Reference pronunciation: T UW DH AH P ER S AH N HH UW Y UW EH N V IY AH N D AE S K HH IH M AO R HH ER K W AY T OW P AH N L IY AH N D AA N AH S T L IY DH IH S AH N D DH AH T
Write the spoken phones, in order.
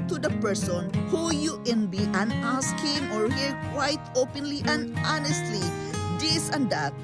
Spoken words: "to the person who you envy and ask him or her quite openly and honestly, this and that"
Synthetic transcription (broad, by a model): T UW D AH P ER S AH N HH UW Y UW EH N B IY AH N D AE S K HH IH M AO R HH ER K W AY T OW P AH N L IY AH N D AA N AH S T L IY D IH S AH N D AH T